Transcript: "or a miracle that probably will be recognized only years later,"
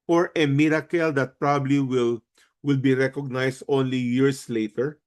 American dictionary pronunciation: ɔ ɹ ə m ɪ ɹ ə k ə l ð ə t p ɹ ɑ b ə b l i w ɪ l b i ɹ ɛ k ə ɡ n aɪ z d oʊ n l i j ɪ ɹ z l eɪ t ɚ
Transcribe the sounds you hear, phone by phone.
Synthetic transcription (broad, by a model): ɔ ɹ ə m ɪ ɹ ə k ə l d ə t p ɹ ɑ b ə b l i w ɪ l b i ɹ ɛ k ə ɡ n aɪ s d oʊ n l i j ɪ ɹ s l eɪ t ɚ